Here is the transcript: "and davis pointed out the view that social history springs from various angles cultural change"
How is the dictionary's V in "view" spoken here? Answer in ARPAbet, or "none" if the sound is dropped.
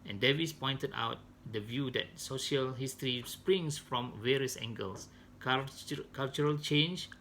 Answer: V